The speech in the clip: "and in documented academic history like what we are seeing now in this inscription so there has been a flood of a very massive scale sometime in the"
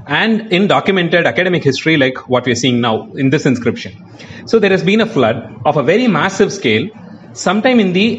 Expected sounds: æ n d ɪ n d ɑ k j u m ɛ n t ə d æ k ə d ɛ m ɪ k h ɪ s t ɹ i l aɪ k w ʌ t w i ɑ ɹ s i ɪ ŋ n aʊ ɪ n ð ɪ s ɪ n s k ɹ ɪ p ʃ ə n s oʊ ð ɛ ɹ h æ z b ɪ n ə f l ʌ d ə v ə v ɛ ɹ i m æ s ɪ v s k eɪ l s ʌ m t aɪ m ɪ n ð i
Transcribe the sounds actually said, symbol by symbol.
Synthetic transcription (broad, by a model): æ n d ɪ n d ɑ k j u m ɛ n t ə d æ k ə d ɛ m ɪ k h ɪ s t ɹ i l aɪ k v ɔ t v i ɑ ɹ s i ɪ ŋ n aʊ ɪ n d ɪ s ɪ n s k ɹ ɪ p ʃ ə n s oʊ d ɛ ɹ h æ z b ɪ n ə f l ʌ d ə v ə v ɛ ɹ i m æ s ɪ v s k eɪ l s ʌ m t aɪ m ɪ n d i